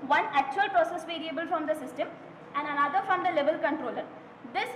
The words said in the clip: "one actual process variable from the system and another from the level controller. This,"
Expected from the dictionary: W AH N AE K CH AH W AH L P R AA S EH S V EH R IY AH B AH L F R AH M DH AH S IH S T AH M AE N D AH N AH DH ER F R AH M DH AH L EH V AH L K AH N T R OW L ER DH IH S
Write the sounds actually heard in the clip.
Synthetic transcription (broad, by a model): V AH N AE K CH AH AH L P R AA S EH S V EH R IY AH B AH L F R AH M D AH S IH S T AH M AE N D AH N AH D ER F R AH M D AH L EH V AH L K AH N T R OW L ER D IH S